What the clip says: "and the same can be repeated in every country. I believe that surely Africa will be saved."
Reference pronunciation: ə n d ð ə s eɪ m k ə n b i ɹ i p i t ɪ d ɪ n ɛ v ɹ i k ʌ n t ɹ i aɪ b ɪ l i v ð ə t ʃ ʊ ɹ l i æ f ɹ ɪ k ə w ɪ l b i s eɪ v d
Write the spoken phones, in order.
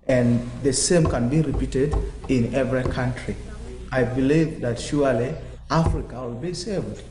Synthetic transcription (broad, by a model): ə n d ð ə s eɪ m k ə n b i ɹ i p i t ɪ d ɪ n ɛ v ɹ i k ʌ n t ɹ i aɪ b ɪ l i v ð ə t ʃ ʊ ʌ l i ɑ f ɹ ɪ k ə w ɪ l b i s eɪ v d